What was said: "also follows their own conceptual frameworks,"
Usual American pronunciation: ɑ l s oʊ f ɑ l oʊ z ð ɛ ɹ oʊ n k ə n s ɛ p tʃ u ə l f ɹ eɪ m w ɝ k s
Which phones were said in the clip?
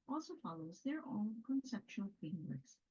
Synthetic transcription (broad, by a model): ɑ l s oʊ f ɑ l oʊ z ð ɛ ɹ oʊ n k ə n s ɛ p tʃ u ə l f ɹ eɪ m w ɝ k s